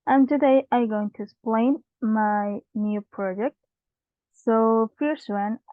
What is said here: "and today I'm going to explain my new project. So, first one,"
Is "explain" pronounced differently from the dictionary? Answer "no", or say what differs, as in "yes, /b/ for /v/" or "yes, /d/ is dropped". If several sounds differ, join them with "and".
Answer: yes, /k/ is dropped